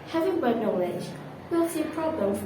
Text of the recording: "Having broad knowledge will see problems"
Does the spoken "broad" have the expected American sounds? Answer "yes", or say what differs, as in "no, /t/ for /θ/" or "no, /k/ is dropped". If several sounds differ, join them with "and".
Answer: no, /ɹ/ is dropped